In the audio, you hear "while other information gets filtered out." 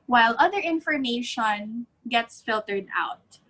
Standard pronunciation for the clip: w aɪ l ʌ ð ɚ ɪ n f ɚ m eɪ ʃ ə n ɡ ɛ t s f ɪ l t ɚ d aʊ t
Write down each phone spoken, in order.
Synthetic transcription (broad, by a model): w aɪ l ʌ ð ɚ ɪ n f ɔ m eɪ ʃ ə n ɡ ɛ t s f ɪ l t ɚ d aʊ t